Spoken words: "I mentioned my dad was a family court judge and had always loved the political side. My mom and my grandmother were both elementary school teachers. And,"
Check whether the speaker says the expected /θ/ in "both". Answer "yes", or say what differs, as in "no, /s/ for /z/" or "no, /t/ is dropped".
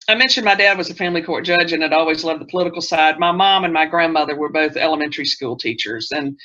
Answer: yes